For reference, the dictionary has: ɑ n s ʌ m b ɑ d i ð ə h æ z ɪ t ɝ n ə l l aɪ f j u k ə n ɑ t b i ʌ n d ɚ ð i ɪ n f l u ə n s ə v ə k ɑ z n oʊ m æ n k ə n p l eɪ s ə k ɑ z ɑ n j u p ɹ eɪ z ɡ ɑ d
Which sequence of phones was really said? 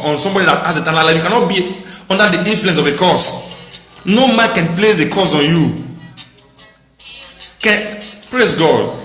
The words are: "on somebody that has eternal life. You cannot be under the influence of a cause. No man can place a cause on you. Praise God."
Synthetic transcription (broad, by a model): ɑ n s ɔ m b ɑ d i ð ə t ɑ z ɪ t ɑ l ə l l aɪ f j u k ə n ɑ t b i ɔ n d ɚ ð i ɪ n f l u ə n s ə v ə k ɑ s n oʊ m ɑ n k ə n p l eɪ s ə k ɑ s ɑ n j u p ɹ eɪ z ɡ ɑ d